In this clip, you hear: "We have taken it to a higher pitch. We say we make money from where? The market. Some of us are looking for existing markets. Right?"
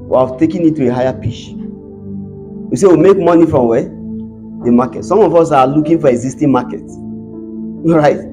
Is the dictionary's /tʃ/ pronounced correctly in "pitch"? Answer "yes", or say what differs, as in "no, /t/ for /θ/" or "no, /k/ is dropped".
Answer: no, /ʃ/ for /tʃ/